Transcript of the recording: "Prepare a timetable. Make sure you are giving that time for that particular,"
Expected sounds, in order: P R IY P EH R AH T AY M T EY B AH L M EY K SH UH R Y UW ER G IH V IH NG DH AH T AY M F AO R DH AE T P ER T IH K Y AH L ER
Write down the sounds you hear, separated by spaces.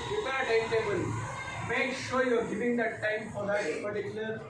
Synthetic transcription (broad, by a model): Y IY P AH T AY T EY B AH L M EY K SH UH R Y UW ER G IH V IH NG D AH T AY M F AO R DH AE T P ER T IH K Y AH L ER